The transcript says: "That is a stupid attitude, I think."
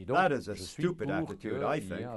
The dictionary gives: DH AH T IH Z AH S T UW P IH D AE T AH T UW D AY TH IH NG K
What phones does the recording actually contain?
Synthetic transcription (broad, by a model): DH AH T IH Z AH S T UW P IH D AE T AH T UW D AY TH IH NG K